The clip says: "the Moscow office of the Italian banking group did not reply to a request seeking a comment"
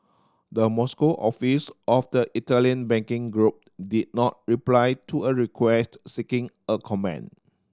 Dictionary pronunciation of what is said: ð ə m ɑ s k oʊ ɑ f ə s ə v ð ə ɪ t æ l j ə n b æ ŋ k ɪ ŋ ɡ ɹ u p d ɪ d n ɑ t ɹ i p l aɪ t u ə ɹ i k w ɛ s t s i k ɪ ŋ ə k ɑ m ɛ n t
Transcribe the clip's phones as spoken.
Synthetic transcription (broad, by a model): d ə m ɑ s k oʊ ɑ f ə s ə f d ə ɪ t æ l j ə n b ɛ ŋ k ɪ ŋ ɡ ɹ u p d ɪ d n ɑ t ɹ i p l aɪ t u ə ɹ i k w ɛ s t s i k ɪ ŋ ə k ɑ m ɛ n